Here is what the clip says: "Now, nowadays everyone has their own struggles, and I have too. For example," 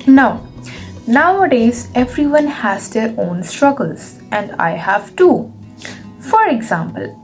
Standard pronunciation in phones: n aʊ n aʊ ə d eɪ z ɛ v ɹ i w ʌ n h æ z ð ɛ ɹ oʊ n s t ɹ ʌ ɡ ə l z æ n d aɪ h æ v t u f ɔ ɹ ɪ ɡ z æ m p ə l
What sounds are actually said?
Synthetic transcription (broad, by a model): n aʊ n aʊ ə d eɪ z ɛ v ɹ i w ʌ n h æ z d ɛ ɹ oʊ n s t ɹ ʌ ɡ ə l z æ n d aɪ h æ v t u f ɔ ɹ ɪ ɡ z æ m p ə l